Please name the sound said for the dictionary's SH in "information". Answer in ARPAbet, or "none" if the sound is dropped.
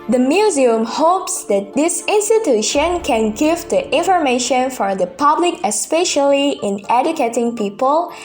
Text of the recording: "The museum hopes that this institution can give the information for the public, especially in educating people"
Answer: SH